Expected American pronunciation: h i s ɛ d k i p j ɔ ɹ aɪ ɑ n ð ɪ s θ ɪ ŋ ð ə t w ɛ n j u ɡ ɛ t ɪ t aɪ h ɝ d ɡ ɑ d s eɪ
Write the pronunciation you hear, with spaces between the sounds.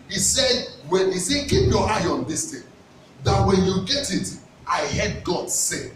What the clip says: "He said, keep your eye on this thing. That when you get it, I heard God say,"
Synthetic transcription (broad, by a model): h i s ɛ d k i p j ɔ aɪ ɑ n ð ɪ s t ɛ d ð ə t w ɛ n j u ɡ ɛ t ɪ t aɪ h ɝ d ɡ ɑ d s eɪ